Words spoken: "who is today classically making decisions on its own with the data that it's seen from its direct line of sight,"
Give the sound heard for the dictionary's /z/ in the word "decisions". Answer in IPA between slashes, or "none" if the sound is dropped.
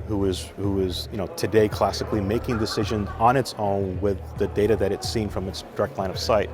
/z/